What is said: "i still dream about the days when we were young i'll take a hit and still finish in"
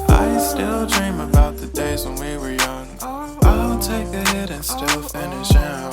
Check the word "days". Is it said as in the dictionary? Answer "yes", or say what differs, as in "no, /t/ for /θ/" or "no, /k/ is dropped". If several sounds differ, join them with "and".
yes